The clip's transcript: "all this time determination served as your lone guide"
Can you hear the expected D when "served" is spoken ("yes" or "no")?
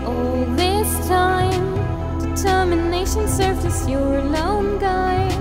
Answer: no